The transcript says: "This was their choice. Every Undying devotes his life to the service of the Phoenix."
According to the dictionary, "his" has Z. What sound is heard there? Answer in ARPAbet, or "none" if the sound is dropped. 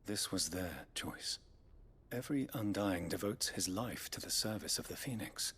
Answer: Z